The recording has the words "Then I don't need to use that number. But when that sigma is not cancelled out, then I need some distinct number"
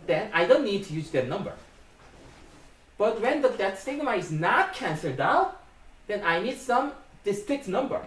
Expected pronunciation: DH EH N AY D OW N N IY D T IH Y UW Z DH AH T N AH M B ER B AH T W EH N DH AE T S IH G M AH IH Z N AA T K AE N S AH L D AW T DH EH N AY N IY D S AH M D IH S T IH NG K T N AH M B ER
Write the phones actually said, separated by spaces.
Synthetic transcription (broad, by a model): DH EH N AY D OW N N IY D T IH Y UW Z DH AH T N AH M B ER B AH T W EH N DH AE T S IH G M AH IH Z N AA T K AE N S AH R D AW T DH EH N AY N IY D S AH M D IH S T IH K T N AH M B ER